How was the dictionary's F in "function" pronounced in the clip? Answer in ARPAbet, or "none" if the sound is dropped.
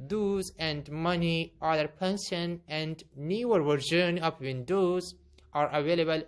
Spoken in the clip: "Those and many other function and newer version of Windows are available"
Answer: P